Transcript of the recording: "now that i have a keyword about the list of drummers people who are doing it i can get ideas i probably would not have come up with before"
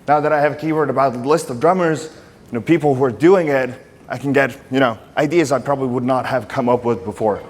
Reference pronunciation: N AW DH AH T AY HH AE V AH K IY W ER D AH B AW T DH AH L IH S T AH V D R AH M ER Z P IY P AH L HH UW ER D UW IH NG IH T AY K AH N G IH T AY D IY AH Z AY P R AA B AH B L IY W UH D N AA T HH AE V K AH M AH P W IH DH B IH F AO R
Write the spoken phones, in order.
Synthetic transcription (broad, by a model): N AW DH AH T AY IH V AH K IY W ER D AH B AW T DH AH L IH S T AH V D R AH M ER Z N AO P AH L HH UW ER D UW IH NG IH T AY K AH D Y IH T AY D IY AH Z AY P R AA B AH B L IY W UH D N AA T HH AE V K AH M AH P W IH DH B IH F AO R